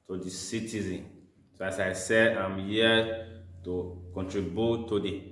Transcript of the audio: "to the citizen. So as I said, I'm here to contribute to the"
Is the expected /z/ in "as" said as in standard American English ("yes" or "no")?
no